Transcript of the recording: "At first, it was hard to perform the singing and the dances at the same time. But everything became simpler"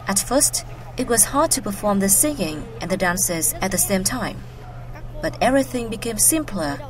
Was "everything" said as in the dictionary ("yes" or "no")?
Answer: yes